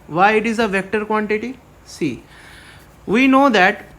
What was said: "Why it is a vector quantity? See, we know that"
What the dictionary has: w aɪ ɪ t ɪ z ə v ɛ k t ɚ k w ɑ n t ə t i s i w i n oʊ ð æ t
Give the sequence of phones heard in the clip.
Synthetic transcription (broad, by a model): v aɪ ɪ t ɪ z ə v ɛ k t ɚ k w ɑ n t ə t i s i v i n oʊ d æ t